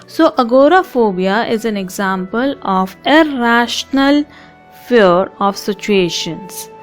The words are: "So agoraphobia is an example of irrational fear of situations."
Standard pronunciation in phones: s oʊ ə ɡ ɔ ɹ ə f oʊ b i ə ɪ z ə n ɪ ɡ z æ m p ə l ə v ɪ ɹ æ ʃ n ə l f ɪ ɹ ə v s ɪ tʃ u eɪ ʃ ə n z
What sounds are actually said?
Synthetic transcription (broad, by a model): s oʊ ə ɡ ɔ ɹ ə f oʊ b i ə ɪ z ə n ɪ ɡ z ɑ m p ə l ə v ɪ ɹ æ ʃ n ə l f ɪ ɹ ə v s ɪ tʃ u eɪ ʃ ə n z